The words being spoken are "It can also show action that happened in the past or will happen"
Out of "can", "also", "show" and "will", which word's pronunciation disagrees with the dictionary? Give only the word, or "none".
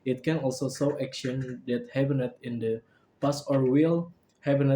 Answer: show